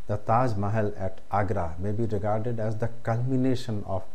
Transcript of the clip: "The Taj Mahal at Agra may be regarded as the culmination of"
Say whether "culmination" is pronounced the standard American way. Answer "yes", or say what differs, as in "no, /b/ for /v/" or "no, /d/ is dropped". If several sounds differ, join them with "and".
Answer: yes